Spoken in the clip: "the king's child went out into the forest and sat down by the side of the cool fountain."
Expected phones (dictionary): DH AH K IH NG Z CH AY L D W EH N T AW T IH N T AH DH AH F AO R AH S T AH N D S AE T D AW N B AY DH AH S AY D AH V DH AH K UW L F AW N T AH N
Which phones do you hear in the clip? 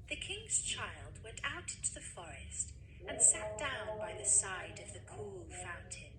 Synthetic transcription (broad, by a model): DH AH K IH NG Z CH AY L D W EH N T AW T IH N T AH DH AH F AO R AH S T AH N S AE T D AW N B AY DH AH S AY D AH V DH AH K UW L F AW N T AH N